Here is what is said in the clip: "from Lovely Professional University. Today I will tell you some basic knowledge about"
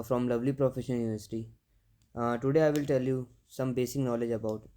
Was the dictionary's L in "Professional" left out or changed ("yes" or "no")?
yes